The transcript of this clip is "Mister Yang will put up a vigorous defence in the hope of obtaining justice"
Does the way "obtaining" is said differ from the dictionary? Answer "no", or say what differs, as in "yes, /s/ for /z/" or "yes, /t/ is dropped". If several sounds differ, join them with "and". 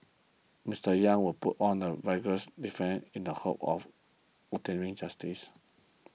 yes, /b/ is dropped